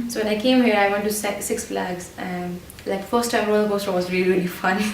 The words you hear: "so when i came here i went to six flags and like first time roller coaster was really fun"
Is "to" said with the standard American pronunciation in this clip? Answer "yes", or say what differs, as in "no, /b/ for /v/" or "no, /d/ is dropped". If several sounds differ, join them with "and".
no, /s/ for /t/